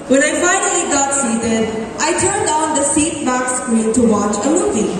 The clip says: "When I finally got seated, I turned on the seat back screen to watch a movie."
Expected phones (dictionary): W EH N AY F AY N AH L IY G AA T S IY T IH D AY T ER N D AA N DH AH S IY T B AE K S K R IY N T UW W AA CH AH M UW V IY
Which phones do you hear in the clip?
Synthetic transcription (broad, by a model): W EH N AY F AY N AH L IY G AA T S IY T IH D AY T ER N D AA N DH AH S IY T B AE K S K UW L T UW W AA CH AH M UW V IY